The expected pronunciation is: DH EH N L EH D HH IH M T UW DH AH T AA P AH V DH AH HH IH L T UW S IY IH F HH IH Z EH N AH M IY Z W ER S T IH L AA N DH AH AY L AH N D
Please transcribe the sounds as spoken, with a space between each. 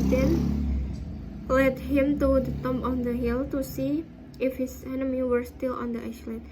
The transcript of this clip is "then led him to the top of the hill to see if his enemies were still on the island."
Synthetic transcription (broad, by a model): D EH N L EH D HH IH M T UW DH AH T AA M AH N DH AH HH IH L T UW S IY IH F HH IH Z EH N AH M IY W ER S T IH L AA N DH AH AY L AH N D